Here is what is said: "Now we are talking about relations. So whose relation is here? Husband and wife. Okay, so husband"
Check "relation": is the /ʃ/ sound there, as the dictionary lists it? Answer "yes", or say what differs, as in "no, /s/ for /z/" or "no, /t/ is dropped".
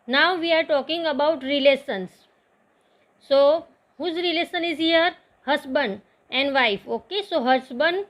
no, /s/ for /ʃ/